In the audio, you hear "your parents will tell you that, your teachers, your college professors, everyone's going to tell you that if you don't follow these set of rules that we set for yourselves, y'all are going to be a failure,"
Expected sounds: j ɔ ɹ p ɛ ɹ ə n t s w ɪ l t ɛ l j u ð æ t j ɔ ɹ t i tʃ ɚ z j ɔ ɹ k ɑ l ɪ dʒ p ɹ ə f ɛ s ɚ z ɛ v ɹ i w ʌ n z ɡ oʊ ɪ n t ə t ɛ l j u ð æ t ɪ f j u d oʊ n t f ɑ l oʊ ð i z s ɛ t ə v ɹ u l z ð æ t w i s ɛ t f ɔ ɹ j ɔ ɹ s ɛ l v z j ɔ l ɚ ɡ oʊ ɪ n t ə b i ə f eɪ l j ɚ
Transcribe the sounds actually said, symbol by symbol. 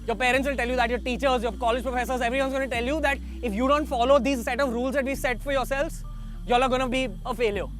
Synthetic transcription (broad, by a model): j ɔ ɹ p ɛ ɹ ə n t s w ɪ l t ɛ l j u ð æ t j ɔ ɹ t i tʃ ɚ z j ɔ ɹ k ɑ l ɪ dʒ p ɹ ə f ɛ s ɚ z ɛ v ɹ i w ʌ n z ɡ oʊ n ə t ɛ l j u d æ t ɪ f j u d oʊ n t f ɑ l oʊ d i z s ɛ t ə v ɹ u l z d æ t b i s ɛ t f ɔ ɹ j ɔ ɹ s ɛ l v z j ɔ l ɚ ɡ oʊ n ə b i ə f eɪ l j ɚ